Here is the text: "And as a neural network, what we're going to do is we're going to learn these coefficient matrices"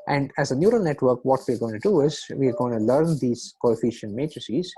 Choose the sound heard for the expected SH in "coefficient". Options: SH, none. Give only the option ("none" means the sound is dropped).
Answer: SH